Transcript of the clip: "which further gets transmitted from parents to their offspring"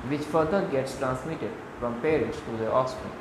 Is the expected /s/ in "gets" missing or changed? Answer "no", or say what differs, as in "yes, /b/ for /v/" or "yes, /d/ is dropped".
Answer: no